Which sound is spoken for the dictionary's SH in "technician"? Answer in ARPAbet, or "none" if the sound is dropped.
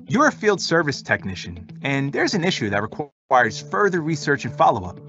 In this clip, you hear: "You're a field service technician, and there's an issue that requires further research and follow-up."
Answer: SH